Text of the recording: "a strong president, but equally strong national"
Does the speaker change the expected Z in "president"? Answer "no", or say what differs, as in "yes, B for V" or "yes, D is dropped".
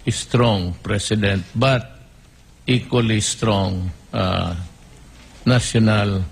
yes, S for Z